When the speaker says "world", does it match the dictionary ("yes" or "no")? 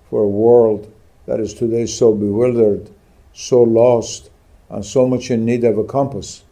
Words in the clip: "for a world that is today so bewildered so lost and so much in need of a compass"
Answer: yes